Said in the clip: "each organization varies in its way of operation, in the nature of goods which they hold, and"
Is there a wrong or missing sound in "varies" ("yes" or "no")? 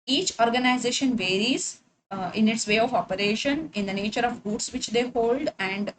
no